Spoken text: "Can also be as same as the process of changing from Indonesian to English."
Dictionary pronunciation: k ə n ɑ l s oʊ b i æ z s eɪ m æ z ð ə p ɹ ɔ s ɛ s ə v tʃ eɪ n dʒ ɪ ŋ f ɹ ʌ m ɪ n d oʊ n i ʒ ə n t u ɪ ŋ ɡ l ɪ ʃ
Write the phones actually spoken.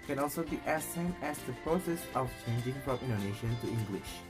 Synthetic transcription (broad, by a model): k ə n ɑ l s oʊ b i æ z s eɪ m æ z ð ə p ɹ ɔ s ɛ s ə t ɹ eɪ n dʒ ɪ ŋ p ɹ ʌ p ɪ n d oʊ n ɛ ʃ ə n t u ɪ ŋ ɡ l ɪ ʃ